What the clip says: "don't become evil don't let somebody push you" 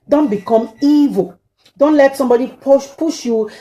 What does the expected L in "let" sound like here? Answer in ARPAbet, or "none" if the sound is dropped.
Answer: L